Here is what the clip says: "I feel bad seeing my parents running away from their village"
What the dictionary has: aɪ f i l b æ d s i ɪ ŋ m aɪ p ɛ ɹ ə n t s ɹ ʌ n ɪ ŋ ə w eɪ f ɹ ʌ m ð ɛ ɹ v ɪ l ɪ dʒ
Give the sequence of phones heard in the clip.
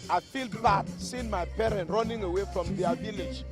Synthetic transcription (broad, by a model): aɪ f i l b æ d s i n m aɪ p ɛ ɹ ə n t ɹ ʌ n ɪ ŋ ə w eɪ f ɹ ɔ m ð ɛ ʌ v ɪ l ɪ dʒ